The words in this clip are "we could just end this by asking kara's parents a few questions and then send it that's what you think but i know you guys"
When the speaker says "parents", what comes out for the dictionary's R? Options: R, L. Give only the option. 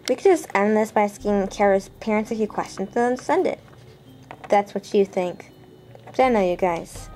R